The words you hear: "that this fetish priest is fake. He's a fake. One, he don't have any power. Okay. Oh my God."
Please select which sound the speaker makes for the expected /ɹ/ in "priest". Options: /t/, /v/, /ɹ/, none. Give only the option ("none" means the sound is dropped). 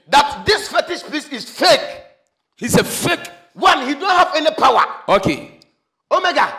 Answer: none